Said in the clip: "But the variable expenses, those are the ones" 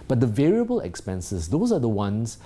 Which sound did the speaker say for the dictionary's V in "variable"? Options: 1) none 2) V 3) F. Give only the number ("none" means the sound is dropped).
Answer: 2